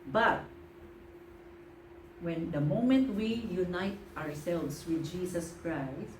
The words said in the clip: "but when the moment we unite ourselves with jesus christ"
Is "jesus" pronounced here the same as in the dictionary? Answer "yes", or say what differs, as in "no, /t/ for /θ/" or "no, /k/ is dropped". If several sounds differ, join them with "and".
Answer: no, /s/ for /z/